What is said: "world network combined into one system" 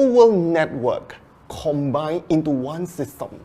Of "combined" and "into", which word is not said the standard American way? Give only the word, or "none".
combined